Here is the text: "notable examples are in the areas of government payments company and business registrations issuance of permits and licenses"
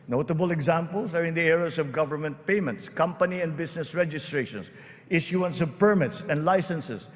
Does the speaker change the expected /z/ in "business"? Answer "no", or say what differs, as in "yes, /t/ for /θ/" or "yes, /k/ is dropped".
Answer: yes, /s/ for /z/